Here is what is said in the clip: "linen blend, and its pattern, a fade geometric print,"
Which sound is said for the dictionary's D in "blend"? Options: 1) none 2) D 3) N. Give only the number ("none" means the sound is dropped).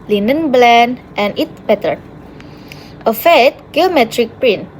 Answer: 1